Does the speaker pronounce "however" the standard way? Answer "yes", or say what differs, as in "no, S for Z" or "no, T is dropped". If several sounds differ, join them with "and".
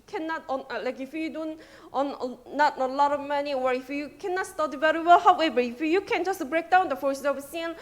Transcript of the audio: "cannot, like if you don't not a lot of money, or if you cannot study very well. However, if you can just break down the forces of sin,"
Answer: no, B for V